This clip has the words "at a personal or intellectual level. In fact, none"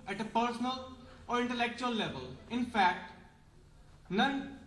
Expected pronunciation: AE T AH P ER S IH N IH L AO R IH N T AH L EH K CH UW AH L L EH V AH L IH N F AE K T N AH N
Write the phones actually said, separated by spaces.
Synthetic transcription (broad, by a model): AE T AH P ER S IH N IH L AO R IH N T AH L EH K CH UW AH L L EH V AH L IH N F AE K T N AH N